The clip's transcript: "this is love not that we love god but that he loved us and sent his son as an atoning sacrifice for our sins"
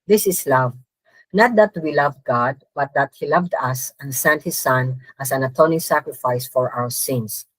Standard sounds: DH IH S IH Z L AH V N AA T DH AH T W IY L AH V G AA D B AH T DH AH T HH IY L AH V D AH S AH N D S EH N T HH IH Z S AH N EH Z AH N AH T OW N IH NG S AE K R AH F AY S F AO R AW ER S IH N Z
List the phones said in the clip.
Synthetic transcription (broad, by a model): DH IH S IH S L AH V N AA T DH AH T W IY L AH V G AA D B AH T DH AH T HH IY L AH V D AH S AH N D S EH N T HH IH S AH N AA S AH N AH T OW N IH NG S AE K R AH F AY S F AO R AW ER S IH N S